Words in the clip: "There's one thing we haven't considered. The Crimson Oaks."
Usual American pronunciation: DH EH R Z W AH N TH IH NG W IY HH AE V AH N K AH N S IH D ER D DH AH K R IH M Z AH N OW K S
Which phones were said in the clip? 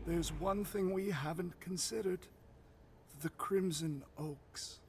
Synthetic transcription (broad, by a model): DH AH R Z W AH N TH IH NG W IY HH AE V AH N K AH N S IH D ER D DH AH K R IH M Z AH N OW K S